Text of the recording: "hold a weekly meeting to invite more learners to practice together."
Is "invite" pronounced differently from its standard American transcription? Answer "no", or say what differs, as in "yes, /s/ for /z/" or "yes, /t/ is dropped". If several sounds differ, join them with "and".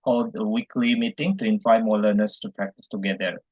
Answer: yes, /f/ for /v/